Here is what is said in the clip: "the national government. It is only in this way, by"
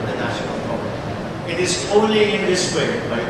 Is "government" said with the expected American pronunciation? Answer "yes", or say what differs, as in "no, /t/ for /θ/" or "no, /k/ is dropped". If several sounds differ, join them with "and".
no, /n/ is dropped